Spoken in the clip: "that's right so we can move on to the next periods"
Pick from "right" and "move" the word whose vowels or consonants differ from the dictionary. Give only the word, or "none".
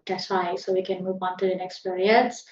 right